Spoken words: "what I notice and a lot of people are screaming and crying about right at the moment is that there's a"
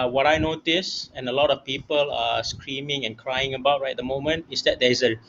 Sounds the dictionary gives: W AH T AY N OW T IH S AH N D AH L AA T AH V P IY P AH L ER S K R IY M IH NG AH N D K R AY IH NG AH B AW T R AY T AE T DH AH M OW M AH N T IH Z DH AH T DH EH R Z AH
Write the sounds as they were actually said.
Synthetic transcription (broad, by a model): W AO T AY N OW T IH S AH N AH L AA T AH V P IY P AH L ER S K R IY M IH NG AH N K R AY IH NG AH B AW T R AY EH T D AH M OW M AH N T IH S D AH T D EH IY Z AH